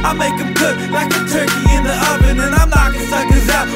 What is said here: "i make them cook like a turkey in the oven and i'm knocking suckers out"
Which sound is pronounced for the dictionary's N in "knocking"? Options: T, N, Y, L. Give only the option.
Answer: L